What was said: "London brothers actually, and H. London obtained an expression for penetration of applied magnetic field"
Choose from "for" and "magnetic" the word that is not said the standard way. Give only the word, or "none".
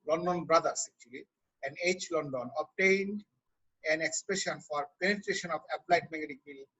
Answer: magnetic